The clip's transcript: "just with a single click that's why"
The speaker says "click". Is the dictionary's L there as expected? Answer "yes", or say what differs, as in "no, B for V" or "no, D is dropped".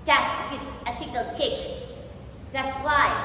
no, L is dropped